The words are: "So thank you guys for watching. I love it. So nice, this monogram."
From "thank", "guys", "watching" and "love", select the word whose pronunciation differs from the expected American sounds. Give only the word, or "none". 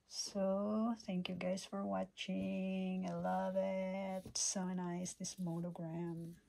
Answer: none